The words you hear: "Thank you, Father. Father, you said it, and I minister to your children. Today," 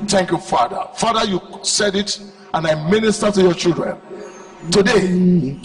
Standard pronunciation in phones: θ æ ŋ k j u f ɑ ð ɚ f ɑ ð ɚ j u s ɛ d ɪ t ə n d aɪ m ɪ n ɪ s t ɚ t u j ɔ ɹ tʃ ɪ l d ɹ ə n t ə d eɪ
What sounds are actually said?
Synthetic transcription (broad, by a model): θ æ ŋ k j u f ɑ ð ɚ f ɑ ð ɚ j u s ɛ d ɪ t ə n aɪ m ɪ n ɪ s t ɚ t u j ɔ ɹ tʃ ɪ l d ɹ ə n t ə d eɪ